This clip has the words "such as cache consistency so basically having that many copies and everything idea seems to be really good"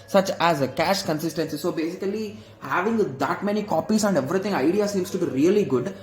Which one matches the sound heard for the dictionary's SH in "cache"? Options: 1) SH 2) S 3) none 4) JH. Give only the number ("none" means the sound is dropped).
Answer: 1